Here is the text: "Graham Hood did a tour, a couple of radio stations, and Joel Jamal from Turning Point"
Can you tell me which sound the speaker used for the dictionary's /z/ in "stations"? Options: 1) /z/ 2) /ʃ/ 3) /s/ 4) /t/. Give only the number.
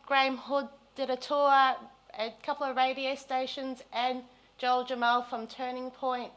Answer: 1